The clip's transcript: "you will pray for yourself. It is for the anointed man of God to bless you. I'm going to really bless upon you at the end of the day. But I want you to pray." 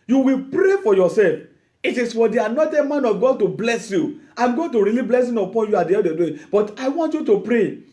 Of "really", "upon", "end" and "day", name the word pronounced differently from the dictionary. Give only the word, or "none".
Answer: end